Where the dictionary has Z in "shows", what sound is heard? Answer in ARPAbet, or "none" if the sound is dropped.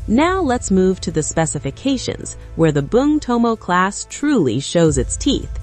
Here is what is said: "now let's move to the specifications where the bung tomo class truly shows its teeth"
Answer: Z